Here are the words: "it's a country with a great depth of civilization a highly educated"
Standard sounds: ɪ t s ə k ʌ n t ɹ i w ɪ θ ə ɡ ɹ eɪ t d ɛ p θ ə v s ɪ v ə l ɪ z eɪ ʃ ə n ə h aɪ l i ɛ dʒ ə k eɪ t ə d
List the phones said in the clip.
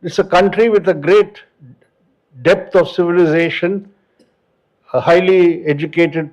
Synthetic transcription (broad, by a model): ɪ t s ə k ʌ n t ɹ i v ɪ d ə ɡ ɹ eɪ t d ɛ p t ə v s ɪ v ə l ɪ z eɪ ʃ ə n ə h aɪ l i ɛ dʒ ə k eɪ t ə d